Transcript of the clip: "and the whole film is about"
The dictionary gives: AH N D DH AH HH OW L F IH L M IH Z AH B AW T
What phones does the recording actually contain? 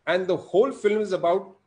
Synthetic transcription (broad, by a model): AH N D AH HH OW L F IH L M IH Z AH B AW T